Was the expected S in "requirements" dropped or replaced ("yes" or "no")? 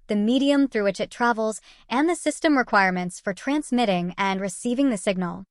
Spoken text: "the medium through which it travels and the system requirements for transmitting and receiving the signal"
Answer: no